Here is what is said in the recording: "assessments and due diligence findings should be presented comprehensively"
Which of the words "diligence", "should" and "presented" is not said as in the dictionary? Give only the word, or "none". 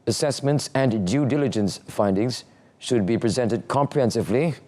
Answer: none